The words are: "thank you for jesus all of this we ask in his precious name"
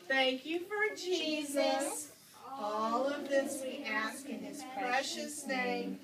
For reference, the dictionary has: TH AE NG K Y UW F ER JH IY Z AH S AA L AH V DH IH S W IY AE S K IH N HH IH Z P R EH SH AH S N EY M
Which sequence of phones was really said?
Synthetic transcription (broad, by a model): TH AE NG K Y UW F ER JH IY Z AH S AA L AH V DH IH S W IY AE S K IH N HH IH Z P R EH SH AH S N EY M